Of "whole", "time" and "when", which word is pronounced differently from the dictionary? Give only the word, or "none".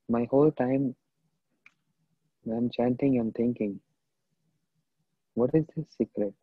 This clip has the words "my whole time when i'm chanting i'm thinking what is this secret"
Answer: when